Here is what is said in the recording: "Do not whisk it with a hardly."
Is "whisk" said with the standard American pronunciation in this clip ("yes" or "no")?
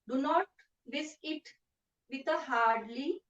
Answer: no